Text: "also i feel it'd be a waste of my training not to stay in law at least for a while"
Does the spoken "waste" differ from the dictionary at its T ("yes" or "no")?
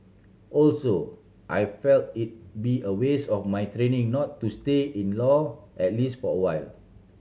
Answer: yes